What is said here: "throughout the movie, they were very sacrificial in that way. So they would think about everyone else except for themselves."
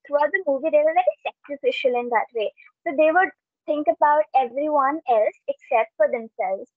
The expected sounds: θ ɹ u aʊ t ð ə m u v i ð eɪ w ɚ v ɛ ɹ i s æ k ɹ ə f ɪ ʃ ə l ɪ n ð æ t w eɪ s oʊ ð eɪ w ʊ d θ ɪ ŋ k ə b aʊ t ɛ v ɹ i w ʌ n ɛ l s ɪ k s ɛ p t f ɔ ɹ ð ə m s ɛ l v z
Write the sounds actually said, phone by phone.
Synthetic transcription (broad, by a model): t ɹ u aʊ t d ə m u v i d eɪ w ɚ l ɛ i s æ k ɹ ə f ɪ ʃ ə l ɪ n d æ t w eɪ s oʊ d eɪ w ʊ d t ɪ ŋ k ə b aʊ t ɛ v ɹ i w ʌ n ɛ l s ɪ k s ɛ p t f ɔ ɹ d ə m s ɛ l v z